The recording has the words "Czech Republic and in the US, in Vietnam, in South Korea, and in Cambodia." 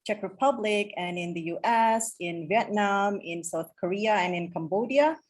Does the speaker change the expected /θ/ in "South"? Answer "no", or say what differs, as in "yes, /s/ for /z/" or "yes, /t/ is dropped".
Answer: no